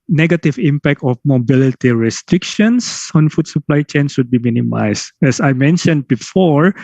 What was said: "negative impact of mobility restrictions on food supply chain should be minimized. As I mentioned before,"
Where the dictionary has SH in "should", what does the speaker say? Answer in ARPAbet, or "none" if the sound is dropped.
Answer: S